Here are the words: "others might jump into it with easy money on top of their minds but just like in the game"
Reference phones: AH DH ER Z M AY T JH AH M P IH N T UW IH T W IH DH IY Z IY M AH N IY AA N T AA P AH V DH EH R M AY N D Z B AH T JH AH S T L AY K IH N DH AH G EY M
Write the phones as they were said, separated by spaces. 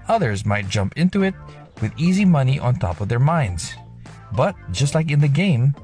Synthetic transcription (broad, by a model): AH DH ER Z M AY T JH AH M P IH N T UW IH T W IH DH IY Z IY M AH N IY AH N T AA P AH V DH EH R M AY N D Z B AH T JH AH S T L AY K IH N DH AH G EY M